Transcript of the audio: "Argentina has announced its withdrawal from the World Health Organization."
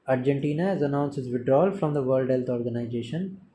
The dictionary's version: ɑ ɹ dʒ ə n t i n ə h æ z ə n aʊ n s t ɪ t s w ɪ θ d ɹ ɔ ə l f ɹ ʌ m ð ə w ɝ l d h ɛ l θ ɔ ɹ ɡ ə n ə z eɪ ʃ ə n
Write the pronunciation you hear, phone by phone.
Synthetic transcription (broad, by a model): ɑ ɹ dʒ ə n t i n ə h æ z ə n aʊ n s ɪ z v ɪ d ɹ ɔ l f ɹ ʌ m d ə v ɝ l d h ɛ l t ɔ ɹ ɡ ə n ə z eɪ ʃ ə n